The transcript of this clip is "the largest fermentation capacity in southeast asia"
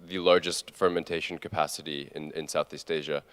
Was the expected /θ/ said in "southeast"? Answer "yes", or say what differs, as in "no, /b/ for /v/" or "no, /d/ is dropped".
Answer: yes